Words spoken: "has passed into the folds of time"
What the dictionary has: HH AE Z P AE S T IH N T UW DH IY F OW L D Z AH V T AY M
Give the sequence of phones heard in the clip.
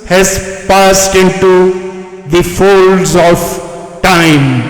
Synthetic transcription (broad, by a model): HH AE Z P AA S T IH N T UW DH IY F OW L D Z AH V T AY M